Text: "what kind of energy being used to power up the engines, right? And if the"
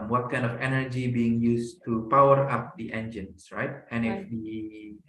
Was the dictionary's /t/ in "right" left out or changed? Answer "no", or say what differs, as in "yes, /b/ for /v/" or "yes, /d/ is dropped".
no